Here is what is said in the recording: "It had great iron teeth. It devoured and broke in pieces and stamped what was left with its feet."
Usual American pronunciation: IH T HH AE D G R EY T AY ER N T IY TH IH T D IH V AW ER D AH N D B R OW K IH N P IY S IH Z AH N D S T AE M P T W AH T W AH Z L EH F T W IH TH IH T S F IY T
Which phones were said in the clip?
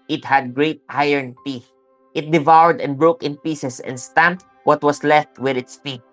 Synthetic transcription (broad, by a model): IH T HH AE D G R EY T AY ER N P IY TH IH T D IH V AW ER D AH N B R OW K IH N P IY S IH S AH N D S T AE M P T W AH T W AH S L EH F T W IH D IH T S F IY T